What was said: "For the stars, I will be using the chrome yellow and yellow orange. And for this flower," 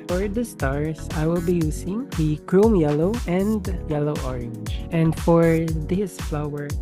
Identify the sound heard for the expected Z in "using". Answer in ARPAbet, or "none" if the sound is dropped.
S